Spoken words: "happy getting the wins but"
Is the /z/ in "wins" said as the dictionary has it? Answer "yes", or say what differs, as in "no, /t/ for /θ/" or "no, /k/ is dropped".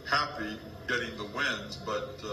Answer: yes